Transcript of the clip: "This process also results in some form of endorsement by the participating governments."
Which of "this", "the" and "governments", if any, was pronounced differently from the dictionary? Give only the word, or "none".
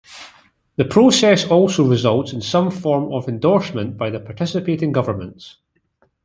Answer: this